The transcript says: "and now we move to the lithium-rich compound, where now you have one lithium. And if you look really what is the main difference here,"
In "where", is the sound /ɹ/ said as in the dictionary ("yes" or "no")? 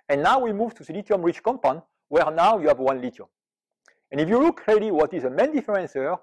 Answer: yes